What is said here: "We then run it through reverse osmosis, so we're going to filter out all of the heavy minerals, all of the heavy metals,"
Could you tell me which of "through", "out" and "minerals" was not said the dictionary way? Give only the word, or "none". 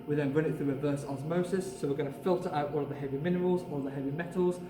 none